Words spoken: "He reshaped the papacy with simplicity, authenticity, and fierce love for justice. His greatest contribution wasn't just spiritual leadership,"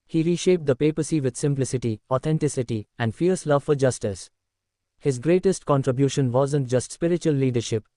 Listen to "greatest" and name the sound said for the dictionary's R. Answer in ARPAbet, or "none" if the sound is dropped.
R